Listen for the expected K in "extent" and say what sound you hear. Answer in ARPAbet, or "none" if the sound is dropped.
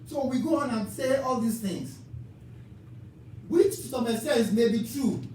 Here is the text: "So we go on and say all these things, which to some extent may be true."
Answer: none